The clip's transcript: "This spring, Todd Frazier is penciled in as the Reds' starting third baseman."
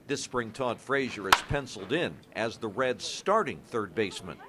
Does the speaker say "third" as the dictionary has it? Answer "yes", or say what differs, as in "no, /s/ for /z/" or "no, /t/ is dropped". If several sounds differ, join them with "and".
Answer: yes